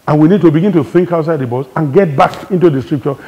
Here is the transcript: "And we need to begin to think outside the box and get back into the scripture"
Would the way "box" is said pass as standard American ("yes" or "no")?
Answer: no